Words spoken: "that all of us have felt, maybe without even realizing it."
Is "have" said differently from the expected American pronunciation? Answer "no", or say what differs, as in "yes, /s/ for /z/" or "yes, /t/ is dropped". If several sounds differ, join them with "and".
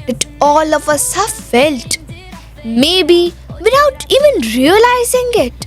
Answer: yes, /f/ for /v/